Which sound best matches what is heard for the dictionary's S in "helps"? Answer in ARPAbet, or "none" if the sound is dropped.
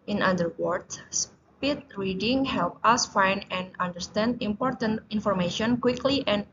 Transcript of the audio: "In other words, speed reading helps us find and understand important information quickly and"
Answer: none